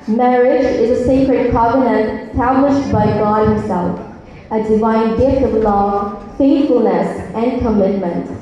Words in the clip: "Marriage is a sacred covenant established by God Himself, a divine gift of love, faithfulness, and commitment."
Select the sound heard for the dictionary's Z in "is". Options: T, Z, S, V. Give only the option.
Z